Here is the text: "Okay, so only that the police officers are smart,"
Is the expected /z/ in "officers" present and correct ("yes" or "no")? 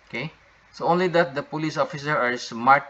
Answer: no